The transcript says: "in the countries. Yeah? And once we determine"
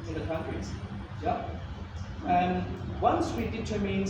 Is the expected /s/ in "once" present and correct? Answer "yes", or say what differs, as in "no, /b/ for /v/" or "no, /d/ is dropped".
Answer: yes